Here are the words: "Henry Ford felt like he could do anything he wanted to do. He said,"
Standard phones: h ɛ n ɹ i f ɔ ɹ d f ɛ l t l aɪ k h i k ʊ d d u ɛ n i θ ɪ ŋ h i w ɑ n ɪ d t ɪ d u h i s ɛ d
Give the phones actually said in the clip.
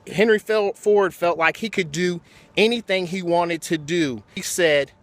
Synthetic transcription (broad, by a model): h ɛ n ɹ i f ɔ ɹ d f ɛ l t l aɪ k h i k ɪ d d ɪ ɛ n i θ ɪ ŋ i w ɑ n ɪ d t ɪ d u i s ɛ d